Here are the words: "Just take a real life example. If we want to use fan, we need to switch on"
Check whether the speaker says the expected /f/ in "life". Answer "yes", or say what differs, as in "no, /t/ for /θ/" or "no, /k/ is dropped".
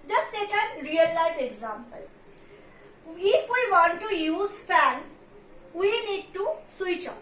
no, /f/ is dropped